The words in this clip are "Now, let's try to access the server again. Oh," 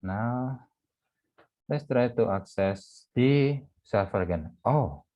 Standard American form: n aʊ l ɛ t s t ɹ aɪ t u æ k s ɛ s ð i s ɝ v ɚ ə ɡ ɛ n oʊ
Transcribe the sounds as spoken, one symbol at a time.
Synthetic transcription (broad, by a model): n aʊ l ɛ t s t ɹ aɪ t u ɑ k s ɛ s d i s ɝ f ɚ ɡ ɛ n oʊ